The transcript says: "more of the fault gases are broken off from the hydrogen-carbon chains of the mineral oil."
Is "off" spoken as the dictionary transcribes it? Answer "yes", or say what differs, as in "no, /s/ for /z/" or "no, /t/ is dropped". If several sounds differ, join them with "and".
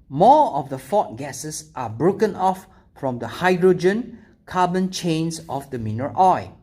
yes